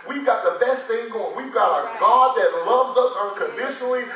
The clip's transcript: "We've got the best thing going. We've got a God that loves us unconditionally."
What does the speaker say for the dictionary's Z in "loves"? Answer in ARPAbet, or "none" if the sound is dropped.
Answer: Z